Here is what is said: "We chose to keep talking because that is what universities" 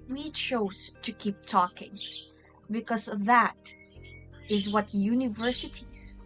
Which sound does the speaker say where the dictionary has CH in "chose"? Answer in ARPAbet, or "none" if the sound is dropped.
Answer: CH